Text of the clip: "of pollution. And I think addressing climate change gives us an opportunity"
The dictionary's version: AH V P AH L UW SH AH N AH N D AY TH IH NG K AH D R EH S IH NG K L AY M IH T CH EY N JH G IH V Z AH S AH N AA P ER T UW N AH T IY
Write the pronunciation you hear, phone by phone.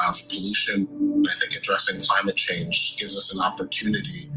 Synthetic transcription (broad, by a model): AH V P AH L UW SH AH N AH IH TH IH NG K AH D R EH S IH NG K L AY M IH T CH EY N JH G IH V Z AH S AH N AA P ER T UW N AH T IY